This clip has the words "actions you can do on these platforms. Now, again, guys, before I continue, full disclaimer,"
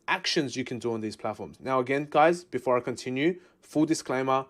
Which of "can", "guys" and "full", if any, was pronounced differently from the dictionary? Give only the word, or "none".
none